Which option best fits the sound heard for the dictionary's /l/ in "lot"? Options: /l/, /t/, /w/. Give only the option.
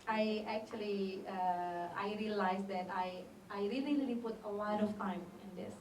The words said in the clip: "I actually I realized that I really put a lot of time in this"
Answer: /w/